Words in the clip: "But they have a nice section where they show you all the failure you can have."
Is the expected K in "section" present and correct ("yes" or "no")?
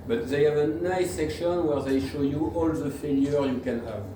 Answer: yes